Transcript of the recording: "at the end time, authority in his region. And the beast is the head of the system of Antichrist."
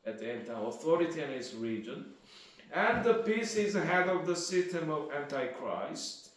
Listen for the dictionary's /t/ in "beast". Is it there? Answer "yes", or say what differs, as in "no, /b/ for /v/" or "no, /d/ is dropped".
no, /t/ is dropped